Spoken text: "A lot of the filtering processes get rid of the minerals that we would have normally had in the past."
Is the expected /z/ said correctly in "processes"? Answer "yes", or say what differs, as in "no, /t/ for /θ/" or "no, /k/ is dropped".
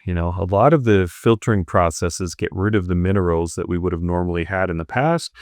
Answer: yes